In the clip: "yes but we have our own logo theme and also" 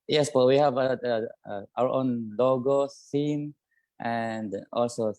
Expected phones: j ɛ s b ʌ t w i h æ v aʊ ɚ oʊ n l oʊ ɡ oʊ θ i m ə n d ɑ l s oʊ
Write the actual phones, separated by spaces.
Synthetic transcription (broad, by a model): j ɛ s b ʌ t w i h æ v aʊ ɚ oʊ n l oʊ ɡ oʊ s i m ə n d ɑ l s oʊ